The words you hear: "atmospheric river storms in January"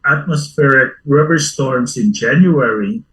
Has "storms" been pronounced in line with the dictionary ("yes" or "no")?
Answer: no